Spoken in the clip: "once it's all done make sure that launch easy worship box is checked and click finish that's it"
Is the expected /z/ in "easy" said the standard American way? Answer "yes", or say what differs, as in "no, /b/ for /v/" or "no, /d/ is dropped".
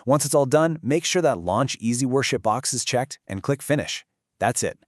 yes